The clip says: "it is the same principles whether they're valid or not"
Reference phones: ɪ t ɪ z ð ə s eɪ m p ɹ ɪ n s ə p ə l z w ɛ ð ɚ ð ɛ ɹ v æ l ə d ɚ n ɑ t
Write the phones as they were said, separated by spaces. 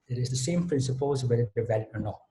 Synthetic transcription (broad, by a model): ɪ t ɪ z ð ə s eɪ m p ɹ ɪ n s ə p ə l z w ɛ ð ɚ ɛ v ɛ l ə ɚ n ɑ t